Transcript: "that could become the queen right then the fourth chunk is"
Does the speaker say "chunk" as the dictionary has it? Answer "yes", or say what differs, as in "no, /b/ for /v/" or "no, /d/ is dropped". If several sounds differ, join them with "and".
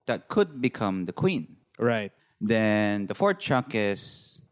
no, /ŋ/ is dropped